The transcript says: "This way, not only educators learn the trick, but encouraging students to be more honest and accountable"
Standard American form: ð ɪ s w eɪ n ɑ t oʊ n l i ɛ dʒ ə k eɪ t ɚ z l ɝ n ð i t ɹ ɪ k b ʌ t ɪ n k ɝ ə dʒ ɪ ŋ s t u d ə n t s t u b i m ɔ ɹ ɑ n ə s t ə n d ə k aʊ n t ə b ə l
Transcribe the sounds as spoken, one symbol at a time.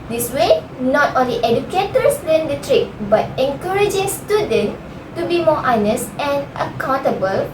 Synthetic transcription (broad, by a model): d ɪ s w eɪ n ɑ t oʊ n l i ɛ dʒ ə k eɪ t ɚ s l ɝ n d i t ɹ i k b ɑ t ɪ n k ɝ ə dʒ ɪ ŋ s t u d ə n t t u b i m ɔ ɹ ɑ n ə s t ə n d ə k aʊ n t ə b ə l